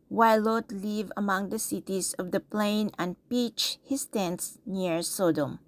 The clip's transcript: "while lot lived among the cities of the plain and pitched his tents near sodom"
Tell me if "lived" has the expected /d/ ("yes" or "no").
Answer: no